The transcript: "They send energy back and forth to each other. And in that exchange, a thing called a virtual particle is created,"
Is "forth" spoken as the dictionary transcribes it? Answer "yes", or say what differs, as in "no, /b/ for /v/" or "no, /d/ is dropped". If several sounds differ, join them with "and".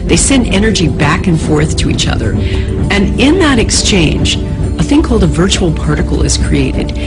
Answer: yes